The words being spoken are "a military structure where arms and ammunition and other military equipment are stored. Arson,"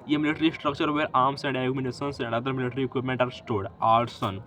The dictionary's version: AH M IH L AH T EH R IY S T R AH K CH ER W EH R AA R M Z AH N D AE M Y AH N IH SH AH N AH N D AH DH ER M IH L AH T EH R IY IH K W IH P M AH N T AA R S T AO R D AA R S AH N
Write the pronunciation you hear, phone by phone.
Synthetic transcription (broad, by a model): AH M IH L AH T R IY S T R AH K CH ER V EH R AA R M S AH N D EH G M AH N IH S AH N AH N D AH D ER M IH L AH T R IY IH K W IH P M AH N T AA R S T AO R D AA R S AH N